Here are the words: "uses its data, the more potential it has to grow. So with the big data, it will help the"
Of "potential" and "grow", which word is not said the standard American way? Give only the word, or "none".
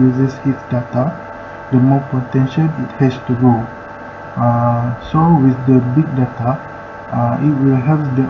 grow